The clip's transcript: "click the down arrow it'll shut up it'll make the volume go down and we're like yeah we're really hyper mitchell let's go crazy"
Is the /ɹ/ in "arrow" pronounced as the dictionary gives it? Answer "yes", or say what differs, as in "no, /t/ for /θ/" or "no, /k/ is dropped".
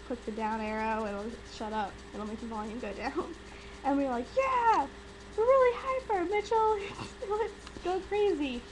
yes